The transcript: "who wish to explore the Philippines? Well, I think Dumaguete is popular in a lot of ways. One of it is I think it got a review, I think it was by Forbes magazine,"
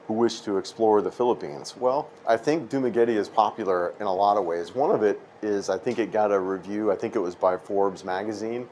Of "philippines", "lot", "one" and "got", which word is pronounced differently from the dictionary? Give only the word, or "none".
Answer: none